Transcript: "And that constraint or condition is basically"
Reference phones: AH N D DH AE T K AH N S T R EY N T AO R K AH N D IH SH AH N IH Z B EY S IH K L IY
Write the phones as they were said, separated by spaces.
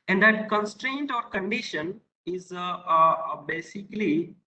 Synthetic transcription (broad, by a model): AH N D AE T K AH N S T R EY N T AO R K AH N D IH SH AH N IH Z B EY S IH K L IY